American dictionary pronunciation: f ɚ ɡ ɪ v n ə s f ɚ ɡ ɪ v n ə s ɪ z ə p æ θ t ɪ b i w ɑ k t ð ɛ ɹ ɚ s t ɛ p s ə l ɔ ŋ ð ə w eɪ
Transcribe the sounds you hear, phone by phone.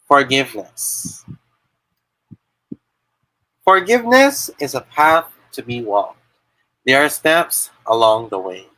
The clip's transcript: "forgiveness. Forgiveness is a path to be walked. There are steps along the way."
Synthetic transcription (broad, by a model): f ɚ ɡ ɪ v n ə s f ɚ ɡ ɪ v n ə s ɪ z ə p æ θ t ɪ b i w ɑ k t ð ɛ ɹ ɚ s t ɛ p s ə l ɔ ŋ ð ə w eɪ